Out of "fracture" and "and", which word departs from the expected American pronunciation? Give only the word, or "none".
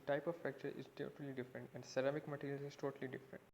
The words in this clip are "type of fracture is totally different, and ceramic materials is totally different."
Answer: fracture